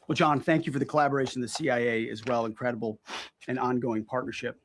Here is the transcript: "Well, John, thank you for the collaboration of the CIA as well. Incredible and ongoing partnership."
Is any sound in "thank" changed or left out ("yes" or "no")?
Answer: no